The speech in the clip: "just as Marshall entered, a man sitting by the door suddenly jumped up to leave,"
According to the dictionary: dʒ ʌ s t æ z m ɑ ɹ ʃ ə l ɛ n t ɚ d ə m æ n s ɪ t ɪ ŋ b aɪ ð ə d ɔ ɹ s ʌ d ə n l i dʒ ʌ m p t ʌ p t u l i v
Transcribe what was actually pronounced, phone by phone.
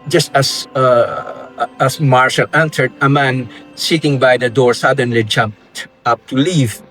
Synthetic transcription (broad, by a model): dʒ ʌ s t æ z m ɑ ɹ ʃ ə l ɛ n s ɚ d ə m æ n s ɪ t ɪ ŋ b aɪ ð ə d ɔ ɹ s ʌ d ə n l i dʒ ʌ m p t ʌ p t u l i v